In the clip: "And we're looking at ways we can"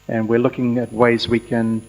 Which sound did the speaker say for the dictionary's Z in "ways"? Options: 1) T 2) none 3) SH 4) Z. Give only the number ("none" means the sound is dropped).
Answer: 4